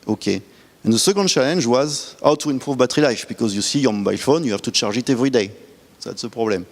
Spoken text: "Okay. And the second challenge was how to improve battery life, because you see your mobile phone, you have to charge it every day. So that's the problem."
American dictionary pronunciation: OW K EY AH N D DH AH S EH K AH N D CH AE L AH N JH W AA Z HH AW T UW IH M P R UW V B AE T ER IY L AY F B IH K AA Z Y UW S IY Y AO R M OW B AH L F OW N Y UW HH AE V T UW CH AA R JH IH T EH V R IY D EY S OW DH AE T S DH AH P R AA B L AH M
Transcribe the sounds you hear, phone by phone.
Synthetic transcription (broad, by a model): OW K EY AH N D DH AH S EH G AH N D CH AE L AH N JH W AA Z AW T UW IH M P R UW V B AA T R IY L AY F B IH K AA Z Y UW S IY Y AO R M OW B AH L F OW N Y UW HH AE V T UW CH AA R ZH IH T EH V R IY D EY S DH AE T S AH P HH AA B L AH M